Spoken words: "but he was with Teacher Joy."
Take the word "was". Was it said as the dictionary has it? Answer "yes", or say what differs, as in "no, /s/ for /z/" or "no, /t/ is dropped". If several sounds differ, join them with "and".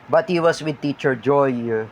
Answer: no, /s/ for /z/